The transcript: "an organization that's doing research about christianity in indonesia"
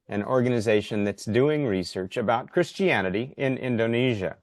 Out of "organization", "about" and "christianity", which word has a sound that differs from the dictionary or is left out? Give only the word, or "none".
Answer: none